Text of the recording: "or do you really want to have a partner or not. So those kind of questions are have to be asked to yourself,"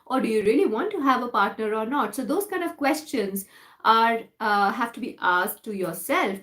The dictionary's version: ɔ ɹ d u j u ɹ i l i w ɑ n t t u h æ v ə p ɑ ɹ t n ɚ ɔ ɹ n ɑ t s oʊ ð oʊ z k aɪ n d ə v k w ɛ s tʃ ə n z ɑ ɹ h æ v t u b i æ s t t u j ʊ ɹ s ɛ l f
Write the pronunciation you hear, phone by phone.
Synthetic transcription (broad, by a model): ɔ ɹ d u j u ɹ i l i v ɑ n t t u h æ v ə p ɑ ɹ t n ɚ ɔ ɹ n ɑ t s oʊ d oʊ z k aɪ n d ə v k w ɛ s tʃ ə n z ɑ ɹ h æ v t u b i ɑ s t t u j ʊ ɹ s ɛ l f